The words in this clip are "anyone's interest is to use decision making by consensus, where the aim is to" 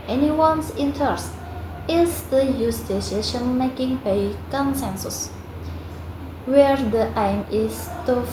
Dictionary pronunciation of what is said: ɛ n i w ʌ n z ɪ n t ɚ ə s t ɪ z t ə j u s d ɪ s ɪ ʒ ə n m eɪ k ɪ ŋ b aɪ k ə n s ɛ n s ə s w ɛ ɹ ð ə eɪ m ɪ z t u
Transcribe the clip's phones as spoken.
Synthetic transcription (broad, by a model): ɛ n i w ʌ n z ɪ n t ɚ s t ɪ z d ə j u s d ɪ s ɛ ʃ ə n m eɪ k ɪ ŋ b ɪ k ə n s ɛ n s ə s w ɛ ɹ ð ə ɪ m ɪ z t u